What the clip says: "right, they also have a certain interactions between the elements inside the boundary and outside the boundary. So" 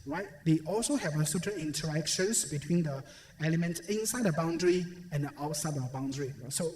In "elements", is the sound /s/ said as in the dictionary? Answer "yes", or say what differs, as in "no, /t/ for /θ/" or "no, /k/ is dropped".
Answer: no, /s/ is dropped